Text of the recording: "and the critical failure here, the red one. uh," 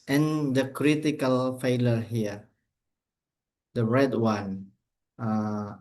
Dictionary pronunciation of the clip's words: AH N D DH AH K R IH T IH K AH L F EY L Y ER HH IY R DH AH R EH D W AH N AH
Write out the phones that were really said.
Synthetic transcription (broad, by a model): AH N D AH K R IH T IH K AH L F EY L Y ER HH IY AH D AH R EH D W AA N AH